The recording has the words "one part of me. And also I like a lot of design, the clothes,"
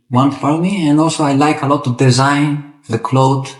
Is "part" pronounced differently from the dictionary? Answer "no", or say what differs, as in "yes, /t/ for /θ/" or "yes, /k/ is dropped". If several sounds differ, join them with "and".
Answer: yes, /f/ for /p/